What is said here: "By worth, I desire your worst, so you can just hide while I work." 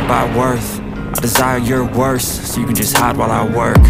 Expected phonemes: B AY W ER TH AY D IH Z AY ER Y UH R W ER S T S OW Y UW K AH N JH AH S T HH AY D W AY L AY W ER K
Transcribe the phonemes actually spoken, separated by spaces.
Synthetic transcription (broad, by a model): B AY W ER TH AY D IH Z AY ER Y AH R W ER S S OW Y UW K AH N JH AH S T HH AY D W AY L AY W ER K